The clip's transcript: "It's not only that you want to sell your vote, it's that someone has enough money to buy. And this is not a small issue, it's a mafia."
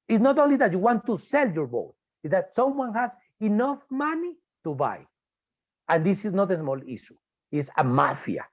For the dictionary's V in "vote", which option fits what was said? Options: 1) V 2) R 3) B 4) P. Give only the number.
3